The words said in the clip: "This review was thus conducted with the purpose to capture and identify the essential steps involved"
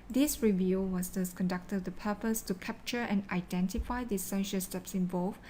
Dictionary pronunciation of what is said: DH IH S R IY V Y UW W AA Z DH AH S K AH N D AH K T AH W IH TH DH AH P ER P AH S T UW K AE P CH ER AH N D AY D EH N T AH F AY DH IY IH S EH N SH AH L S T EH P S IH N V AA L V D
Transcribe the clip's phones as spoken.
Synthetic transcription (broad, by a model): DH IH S R IY V Y UW W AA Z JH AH S K AH N D AH K T AH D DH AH P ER P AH S T UW K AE P CH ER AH N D AY D EH N T AH F AY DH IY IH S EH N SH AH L S T EH P S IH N V AA L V